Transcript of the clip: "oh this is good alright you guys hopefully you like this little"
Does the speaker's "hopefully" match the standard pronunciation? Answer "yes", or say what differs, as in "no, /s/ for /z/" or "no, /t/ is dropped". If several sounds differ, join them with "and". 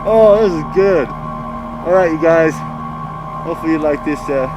no, /p/ is dropped